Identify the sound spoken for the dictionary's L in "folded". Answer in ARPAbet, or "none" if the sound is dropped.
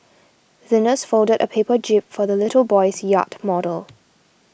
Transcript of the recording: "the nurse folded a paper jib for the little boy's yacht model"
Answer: L